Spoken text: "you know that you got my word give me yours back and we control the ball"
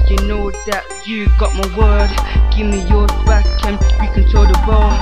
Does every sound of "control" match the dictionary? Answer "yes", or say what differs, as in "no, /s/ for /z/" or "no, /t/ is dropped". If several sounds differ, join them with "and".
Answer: no, /ɹ/ is dropped